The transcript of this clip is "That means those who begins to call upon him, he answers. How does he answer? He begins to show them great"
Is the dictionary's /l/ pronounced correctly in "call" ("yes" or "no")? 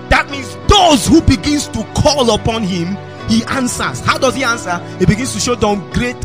yes